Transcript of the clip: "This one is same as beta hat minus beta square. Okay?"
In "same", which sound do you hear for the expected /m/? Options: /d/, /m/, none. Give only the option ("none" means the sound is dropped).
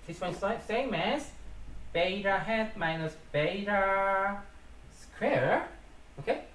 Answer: /m/